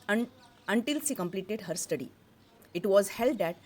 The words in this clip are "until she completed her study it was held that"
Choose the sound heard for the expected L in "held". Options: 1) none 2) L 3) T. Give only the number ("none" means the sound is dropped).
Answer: 2